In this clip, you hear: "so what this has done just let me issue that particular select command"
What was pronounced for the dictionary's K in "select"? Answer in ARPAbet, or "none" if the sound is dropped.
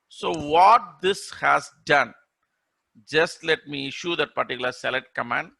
none